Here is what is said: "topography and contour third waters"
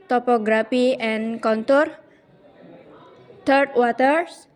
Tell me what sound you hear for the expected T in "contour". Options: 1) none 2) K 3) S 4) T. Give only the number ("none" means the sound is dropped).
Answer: 4